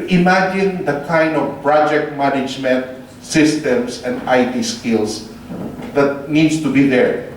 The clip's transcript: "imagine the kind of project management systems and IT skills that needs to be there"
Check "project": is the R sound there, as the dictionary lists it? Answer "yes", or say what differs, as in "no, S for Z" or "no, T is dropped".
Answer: yes